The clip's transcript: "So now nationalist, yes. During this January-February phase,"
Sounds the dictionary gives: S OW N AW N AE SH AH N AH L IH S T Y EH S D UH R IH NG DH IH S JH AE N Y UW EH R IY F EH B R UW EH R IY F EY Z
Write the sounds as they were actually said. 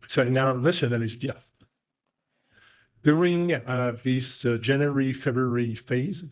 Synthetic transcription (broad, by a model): S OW N AW L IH S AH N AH N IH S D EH TH D UH R IH NG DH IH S JH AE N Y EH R IY F EH B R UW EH R IY F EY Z